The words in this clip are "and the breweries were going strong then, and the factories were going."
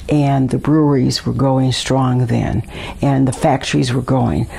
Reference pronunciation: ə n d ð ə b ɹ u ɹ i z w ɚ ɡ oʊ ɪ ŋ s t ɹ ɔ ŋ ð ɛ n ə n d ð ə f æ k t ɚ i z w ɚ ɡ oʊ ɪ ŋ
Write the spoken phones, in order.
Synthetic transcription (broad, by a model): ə n ð ə b ɹ u ɹ i z w ɚ ɡ oʊ ɪ ŋ s t ɹ ɔ ŋ ð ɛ n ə n ð ə f æ k t ɚ i z w ɚ ɡ oʊ ɪ ŋ